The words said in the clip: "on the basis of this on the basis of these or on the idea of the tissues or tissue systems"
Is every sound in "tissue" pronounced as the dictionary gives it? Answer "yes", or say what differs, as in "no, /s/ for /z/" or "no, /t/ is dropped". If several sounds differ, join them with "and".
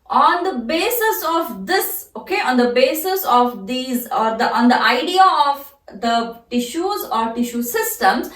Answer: yes